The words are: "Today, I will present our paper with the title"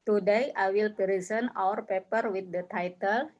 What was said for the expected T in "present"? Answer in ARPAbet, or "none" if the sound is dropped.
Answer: none